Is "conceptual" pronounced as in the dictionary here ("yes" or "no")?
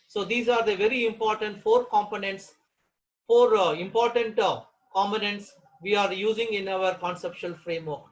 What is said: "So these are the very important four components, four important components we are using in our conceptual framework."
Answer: no